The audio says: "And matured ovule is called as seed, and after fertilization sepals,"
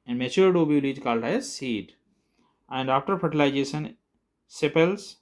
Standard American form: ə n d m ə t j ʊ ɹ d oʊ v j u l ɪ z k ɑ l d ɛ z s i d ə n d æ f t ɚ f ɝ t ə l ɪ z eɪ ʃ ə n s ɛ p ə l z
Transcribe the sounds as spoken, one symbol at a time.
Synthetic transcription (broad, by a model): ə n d m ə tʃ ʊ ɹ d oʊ b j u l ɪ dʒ k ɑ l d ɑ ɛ s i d ə n d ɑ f t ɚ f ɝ t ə l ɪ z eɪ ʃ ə n s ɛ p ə l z